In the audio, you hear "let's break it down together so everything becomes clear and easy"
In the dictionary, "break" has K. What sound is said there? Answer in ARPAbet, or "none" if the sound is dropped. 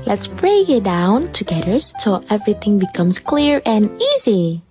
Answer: none